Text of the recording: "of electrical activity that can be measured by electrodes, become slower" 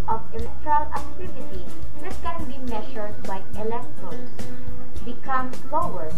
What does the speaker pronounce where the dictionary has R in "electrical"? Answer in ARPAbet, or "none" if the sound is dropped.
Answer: none